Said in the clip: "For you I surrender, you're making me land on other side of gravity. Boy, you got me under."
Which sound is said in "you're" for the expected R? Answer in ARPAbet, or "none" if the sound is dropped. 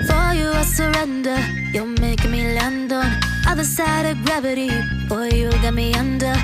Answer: L